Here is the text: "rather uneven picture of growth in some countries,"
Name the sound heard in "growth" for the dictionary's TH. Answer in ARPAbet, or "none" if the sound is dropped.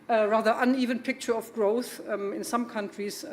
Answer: TH